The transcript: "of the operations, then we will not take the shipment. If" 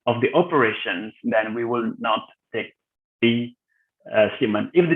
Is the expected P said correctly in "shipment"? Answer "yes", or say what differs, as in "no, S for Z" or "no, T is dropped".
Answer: no, P is dropped